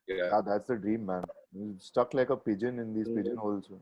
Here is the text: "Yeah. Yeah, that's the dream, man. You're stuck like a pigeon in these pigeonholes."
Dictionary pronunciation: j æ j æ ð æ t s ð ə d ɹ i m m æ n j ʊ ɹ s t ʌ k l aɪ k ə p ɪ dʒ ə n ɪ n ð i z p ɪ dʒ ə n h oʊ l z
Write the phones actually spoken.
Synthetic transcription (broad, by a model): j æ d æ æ t s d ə d ɹ i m m æ n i s t ʌ k l aɪ k ə p ɪ dʒ ə n ɪ n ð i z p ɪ dʒ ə n h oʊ l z